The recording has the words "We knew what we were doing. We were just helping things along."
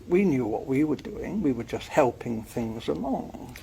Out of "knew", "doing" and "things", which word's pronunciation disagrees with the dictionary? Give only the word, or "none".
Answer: none